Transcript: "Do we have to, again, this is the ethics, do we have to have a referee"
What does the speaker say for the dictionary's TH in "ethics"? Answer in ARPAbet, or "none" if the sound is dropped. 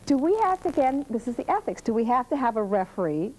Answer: TH